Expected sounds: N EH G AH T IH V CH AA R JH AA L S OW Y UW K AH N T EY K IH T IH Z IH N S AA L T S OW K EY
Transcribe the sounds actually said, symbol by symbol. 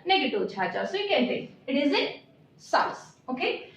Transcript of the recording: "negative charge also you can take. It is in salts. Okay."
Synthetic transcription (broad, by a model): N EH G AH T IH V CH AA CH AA S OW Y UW K AH N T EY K IH T IH Z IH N S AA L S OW K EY